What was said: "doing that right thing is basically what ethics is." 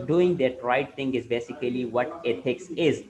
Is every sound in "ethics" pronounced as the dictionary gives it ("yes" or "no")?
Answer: no